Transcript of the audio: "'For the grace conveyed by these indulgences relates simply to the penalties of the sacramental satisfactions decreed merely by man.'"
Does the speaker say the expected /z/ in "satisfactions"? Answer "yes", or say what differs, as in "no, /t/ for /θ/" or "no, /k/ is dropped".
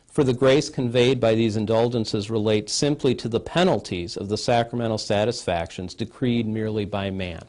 yes